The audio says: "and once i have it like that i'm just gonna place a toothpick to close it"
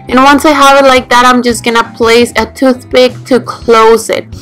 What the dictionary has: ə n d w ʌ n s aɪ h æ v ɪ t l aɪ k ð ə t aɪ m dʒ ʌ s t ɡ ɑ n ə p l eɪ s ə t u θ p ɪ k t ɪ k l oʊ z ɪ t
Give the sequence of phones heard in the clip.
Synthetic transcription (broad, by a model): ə n w ʌ n s aɪ h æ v ɪ t l aɪ k ð ə t aɪ m dʒ ʌ s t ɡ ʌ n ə p l eɪ s ə t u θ b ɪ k t ɪ k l oʊ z ɪ t